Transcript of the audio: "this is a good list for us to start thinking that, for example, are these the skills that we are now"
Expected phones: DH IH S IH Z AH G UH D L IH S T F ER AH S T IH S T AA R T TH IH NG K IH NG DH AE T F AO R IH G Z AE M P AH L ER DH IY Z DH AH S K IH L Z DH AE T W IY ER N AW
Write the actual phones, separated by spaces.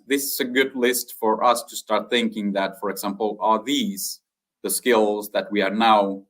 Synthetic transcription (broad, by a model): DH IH S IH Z AH G UH D L IH S T F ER AH S T IH S T AA R T TH IH NG K IH NG DH AE T F AO R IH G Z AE M P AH L ER DH IY Z DH AH S K IH L Z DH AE T W IY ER N AW